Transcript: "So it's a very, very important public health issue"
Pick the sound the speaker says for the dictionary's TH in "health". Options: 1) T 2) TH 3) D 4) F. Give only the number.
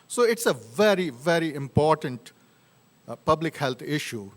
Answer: 1